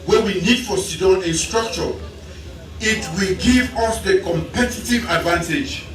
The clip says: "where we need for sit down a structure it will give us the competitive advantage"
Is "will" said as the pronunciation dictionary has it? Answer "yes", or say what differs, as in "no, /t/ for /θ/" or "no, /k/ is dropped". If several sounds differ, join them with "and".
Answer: yes